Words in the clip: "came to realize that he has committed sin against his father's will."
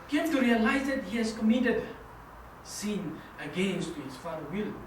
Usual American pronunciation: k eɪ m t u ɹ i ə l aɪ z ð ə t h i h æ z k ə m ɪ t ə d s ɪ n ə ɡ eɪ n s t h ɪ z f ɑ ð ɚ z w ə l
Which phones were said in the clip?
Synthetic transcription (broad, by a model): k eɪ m t u ɹ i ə l aɪ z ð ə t h i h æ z k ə m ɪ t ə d s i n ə ɡ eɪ n s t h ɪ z f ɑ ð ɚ w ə l